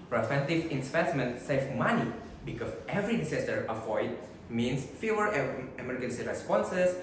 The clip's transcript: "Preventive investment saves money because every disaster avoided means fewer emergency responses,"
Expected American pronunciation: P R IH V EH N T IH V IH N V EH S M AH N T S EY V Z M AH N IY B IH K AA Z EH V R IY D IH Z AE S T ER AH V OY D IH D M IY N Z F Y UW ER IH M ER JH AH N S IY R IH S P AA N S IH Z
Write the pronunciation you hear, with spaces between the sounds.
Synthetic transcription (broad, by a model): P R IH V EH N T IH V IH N P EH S M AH N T S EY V M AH N IY B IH K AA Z EH V R IY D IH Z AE S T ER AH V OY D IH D M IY N S F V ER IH M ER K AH N S IY R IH S P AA N S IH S